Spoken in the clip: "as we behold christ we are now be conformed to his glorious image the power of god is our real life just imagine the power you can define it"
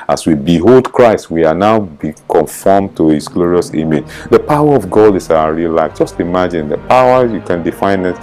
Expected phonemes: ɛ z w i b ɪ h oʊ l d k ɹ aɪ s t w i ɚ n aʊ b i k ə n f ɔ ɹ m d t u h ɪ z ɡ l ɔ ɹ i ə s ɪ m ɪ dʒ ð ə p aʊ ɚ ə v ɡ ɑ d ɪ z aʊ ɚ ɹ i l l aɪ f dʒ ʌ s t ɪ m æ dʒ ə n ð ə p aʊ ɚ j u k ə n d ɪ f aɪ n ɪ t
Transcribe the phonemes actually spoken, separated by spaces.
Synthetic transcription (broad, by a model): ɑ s w i b ɪ h oʊ l d k ɹ aɪ s t w i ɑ n aʊ b i k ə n f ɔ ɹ m t u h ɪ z ɡ l ɔ ɹ i ə s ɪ m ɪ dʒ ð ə p aʊ ɚ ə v ɡ ɑ d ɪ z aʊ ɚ ɹ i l l aɪ f dʒ ʌ s t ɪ m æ dʒ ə n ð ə p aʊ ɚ j u k ə n d ɪ f aɪ n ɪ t